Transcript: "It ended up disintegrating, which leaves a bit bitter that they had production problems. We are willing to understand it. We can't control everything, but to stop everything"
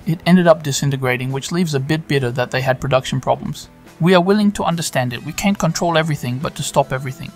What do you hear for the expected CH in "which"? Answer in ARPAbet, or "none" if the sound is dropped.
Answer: CH